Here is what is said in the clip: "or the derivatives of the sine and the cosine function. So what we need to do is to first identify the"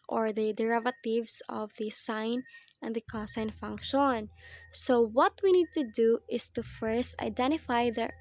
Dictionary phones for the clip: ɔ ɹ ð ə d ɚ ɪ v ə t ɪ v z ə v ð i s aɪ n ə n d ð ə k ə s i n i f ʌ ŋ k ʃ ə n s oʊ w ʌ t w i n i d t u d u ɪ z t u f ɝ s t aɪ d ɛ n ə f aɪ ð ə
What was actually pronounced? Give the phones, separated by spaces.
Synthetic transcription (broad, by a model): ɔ ɹ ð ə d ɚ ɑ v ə t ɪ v s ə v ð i s aɪ n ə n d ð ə k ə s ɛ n f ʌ ŋ k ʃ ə n s oʊ w ʌ t w i n i d t u d u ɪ s t u f ɝ s t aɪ d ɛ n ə f aɪ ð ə